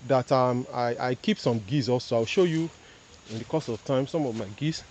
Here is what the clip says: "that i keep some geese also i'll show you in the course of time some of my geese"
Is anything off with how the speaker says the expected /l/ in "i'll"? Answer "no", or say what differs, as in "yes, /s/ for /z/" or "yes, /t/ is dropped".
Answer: yes, /w/ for /l/